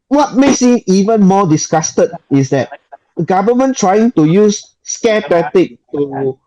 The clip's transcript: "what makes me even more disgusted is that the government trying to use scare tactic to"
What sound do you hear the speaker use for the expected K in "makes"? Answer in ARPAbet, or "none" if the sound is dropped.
none